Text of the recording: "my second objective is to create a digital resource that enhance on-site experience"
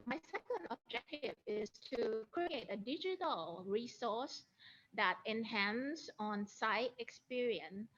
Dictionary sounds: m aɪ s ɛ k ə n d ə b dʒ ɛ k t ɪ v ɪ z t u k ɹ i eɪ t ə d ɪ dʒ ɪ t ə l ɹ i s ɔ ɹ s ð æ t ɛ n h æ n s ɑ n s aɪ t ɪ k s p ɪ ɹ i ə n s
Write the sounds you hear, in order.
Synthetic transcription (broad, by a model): m aɪ s ɛ k ə n d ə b dʒ ɛ k t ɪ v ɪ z t u k ɹ i eɪ t ə d ɪ dʒ ɪ t ə l ɹ i s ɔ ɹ s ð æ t ɛ n h æ n s ɑ n s aɪ t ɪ k s p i ɹ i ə n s